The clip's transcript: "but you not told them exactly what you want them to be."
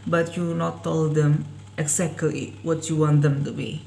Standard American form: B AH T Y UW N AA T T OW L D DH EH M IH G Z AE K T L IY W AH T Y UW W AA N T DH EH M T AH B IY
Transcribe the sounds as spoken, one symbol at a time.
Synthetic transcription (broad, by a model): B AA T Y UW N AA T T OW L D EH M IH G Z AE K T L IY W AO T Y UW W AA N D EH M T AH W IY